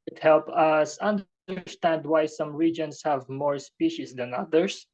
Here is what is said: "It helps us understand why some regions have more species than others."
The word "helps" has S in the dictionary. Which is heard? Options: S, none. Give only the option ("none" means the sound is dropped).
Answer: none